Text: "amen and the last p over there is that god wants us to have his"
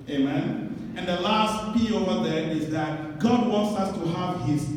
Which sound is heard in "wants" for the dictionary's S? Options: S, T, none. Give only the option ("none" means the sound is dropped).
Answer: S